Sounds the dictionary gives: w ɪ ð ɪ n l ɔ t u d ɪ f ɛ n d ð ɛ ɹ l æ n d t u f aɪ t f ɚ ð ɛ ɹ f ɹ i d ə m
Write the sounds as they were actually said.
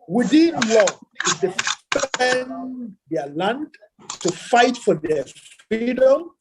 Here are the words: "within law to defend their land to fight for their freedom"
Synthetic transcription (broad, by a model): w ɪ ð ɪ n l ɔ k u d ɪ p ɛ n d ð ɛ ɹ l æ n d t u f aɪ t f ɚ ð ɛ f ɹ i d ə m